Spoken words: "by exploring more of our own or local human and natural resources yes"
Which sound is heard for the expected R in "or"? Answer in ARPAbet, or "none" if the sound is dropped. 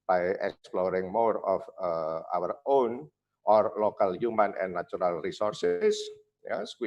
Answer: R